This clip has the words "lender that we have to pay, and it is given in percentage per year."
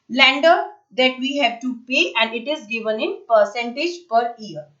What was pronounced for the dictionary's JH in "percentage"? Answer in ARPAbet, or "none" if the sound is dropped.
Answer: JH